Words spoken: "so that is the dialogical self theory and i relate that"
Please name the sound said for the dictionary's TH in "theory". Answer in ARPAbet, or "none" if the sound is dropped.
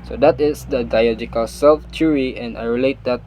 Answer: T